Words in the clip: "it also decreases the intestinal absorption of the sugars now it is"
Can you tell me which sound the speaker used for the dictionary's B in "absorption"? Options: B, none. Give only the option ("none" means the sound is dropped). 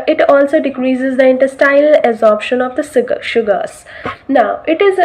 none